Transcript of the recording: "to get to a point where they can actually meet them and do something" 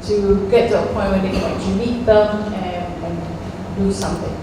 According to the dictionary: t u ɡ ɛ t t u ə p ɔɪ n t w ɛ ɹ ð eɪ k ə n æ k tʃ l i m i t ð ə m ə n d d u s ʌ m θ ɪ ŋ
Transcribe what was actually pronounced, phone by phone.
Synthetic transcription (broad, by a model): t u ɡ ɛ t t u ə p ɔɪ n t w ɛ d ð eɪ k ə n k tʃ i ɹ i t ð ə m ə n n d u s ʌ m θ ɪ ŋ